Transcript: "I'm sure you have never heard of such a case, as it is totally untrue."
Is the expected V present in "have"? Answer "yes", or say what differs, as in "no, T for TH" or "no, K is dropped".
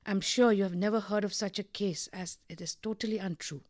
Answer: yes